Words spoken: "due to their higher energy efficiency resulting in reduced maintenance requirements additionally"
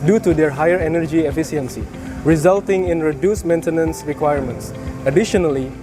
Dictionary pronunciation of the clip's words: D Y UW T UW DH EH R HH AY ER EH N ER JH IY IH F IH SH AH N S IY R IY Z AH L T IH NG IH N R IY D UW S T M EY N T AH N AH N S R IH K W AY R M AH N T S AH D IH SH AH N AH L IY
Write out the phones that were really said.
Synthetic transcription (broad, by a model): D Y UW T UW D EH R HH AY ER EH N ER JH IY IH F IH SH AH N S IY R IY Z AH L T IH NG IH N R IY D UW S M EY N T AH N AH N S R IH K W AY R M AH N T S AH D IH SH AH N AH L IY